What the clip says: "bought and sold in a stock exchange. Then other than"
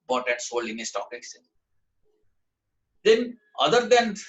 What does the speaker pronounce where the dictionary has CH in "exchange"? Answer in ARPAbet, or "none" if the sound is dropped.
none